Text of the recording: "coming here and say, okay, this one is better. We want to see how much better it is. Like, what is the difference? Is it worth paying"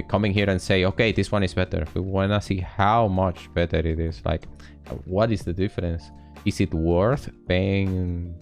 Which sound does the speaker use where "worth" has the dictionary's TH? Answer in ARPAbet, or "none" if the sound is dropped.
TH